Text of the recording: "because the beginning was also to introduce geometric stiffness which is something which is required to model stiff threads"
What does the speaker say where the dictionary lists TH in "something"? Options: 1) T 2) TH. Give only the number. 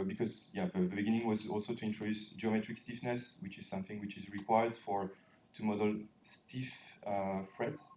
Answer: 2